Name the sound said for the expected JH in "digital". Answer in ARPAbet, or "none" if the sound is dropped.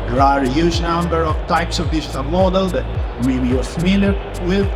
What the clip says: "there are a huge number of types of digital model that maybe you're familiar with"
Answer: SH